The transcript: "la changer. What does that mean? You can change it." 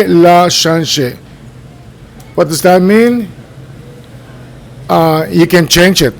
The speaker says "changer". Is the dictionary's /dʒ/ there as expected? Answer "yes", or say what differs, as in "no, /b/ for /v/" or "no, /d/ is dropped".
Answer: no, /ʃ/ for /dʒ/